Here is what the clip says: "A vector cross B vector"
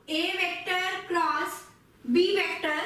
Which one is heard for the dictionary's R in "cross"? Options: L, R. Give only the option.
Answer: L